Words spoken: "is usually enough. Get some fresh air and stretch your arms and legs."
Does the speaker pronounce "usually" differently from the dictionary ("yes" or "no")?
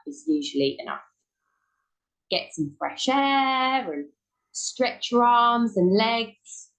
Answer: no